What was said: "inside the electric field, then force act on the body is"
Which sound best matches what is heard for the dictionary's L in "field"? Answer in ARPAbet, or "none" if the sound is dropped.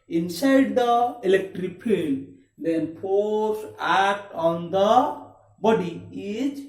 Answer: N